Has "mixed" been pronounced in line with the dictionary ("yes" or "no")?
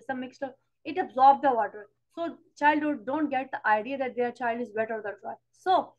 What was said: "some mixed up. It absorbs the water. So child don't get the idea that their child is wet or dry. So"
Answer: yes